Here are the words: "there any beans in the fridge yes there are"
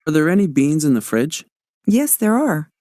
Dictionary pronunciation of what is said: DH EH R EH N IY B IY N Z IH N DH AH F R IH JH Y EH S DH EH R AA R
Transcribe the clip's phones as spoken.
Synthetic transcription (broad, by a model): DH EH R EH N IY B IY N Z IH N DH AH F R IH JH Y EH S DH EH R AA R